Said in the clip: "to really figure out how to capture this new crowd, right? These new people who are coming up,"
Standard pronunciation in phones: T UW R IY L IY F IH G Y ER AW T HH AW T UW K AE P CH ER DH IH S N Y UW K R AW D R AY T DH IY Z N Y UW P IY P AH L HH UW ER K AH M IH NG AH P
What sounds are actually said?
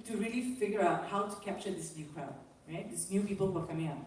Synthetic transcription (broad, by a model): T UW R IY L IY F IH G Y ER AW T HH AW T UW K AE P CH ER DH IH S N Y UW K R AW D R AY T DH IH S N Y UW P IY P AH L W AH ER K AH M IH NG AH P